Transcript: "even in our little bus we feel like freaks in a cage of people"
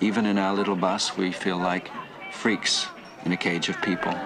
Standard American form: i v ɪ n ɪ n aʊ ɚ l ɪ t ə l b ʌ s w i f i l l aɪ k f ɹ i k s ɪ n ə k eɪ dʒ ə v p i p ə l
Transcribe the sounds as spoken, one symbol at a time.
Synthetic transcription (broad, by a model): i v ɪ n ɪ n aʊ ɚ l ɪ t l b ʌ s w i f i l l aɪ k f ɹ i k s ɪ n ə k eɪ dʒ ə v p i p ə l